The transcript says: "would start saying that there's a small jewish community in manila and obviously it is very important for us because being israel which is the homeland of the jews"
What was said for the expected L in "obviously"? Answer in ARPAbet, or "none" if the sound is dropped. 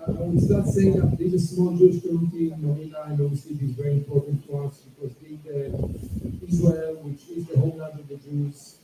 L